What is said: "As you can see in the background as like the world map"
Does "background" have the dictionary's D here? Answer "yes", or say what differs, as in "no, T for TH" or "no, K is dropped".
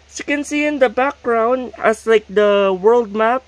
yes